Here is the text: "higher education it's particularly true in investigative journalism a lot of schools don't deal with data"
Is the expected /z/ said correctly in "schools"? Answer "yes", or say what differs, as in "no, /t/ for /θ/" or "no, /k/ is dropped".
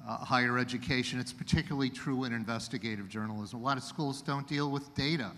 yes